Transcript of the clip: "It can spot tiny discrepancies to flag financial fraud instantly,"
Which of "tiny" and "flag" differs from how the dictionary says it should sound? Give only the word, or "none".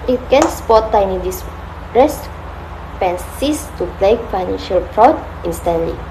flag